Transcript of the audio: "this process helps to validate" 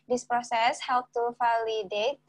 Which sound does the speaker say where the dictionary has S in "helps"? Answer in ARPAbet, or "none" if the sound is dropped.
none